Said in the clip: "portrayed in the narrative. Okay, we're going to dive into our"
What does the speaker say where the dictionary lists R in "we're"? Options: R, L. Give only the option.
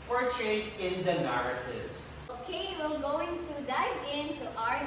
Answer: L